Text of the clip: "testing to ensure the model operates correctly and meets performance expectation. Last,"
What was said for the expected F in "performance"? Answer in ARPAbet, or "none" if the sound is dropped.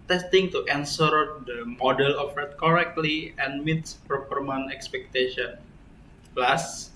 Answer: P